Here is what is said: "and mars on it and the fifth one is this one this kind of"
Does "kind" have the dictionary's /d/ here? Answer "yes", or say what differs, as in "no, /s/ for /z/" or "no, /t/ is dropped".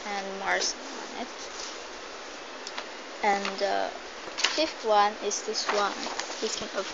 no, /d/ is dropped